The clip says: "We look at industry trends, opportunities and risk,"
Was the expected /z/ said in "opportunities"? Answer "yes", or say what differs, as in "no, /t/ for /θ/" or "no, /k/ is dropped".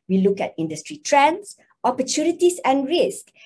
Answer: no, /s/ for /z/